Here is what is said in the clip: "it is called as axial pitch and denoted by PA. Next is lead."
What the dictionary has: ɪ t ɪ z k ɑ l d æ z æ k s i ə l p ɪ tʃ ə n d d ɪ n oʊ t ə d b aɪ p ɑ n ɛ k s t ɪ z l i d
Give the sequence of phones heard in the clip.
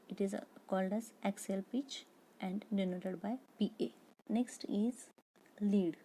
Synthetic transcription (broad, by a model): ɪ t ɪ z k ɑ l d æ z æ k s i l p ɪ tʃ ə n d d ɪ n oʊ t ə d b aɪ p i n ɛ k s t ɪ z l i d